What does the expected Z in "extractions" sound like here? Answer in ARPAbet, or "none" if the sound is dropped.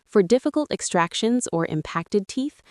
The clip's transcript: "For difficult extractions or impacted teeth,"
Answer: Z